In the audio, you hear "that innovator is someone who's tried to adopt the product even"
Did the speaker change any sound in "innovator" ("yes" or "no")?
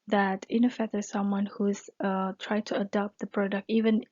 yes